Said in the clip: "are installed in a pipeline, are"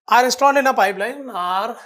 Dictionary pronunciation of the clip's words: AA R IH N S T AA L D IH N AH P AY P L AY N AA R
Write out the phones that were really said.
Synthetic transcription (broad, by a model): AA R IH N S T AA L IH N AH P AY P L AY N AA R